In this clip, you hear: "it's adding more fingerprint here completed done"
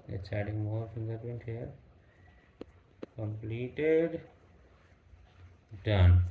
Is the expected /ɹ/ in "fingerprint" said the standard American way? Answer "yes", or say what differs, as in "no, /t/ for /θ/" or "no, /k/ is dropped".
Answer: no, /ɹ/ is dropped